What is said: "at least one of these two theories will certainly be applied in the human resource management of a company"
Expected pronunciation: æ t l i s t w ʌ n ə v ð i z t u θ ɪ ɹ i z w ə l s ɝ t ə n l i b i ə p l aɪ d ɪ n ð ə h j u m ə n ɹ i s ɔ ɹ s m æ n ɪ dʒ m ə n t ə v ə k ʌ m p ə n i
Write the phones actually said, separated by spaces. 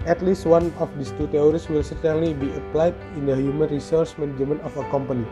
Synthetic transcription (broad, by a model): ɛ t l i s t w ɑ n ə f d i s t u t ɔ ɹ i s w ə l s ɝ t ə n l i b i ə p l aɪ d ɪ n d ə h j u m ə n ɹ i s ɔ ɹ s m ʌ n dʒ m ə n ə f ə k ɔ m p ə n i